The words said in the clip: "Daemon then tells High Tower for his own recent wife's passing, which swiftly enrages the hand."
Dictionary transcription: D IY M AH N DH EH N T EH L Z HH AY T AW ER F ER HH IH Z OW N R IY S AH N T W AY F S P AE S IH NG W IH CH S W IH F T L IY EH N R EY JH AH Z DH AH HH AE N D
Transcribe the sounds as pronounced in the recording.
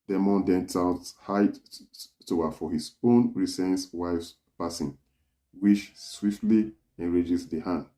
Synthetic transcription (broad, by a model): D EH M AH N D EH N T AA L HH AY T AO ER F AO HH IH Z OW N R IY S AH N T W AY F S P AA S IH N W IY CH S W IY F T L IY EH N R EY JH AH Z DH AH HH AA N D